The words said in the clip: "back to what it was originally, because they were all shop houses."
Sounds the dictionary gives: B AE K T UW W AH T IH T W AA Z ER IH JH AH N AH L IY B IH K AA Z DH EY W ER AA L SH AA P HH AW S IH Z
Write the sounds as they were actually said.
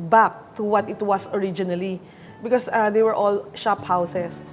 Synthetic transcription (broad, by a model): B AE K T UW W AH T IH T W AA S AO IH JH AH N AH L IY B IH K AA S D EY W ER AA L SH AA P HH AW S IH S